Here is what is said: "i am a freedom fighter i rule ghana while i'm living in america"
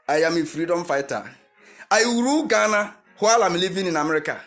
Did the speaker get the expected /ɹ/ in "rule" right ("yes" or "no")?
no